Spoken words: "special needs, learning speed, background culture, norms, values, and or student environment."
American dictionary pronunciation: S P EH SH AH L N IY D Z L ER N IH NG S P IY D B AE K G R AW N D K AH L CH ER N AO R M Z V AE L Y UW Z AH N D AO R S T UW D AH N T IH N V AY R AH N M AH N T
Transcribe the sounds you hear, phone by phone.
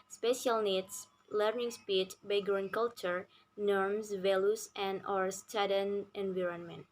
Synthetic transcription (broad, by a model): S P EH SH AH L N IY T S L ER N IH NG S P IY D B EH G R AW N K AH L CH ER N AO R M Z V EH L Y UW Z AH N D AO R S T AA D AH N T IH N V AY R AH N M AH N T